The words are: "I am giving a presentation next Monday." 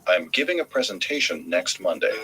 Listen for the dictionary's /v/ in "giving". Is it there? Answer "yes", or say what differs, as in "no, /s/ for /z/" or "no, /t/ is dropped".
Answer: yes